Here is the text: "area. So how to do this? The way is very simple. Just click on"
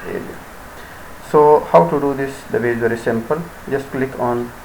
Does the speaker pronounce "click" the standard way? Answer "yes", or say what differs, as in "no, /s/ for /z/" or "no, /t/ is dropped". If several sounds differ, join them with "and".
yes